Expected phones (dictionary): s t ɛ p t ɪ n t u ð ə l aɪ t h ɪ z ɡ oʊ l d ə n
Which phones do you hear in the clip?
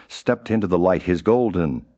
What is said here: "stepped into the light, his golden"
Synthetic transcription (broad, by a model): s t ɛ p t ɪ n t u ð ə l aɪ t h ɪ z ɡ oʊ l d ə n